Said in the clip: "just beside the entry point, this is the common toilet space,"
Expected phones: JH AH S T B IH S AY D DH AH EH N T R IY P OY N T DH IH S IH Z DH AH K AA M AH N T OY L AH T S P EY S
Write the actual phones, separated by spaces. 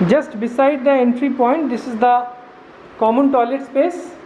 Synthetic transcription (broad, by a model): JH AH S T B IH S AY D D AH EH N T R IY P OY N T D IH S IH Z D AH K AA M AH N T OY L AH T S P EY S